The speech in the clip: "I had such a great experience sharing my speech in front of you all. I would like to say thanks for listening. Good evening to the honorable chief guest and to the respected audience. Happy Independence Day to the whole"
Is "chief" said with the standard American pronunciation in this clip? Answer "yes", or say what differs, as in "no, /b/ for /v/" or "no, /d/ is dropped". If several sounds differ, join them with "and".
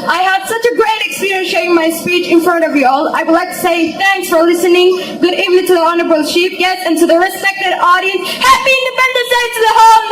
no, /ʃ/ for /tʃ/ and /p/ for /f/